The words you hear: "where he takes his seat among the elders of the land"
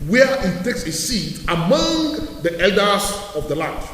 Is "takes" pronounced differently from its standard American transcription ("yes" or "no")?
no